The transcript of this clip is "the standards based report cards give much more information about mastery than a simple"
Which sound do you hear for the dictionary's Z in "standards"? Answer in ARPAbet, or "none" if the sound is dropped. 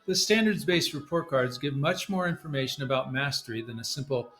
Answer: Z